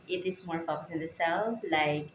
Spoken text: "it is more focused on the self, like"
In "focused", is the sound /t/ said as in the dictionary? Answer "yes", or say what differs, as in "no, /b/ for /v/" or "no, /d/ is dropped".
no, /t/ is dropped